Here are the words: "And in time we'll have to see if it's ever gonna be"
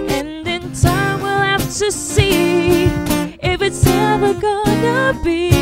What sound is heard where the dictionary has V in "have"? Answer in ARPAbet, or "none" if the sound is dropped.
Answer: F